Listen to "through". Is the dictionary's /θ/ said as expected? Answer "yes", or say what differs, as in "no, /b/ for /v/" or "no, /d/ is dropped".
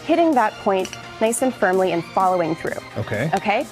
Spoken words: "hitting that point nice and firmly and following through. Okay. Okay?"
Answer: yes